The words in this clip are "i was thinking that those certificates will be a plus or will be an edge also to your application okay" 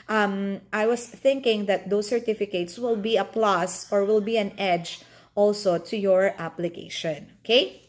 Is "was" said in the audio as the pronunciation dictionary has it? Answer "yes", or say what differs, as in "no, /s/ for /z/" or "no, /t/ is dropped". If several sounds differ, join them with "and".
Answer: no, /s/ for /z/